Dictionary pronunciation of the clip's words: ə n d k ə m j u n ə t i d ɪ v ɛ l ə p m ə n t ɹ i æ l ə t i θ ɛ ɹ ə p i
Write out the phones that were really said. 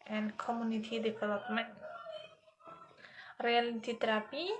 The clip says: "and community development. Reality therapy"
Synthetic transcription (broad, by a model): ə n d k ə m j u n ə t i d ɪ p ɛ l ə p m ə n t ɹ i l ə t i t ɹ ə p i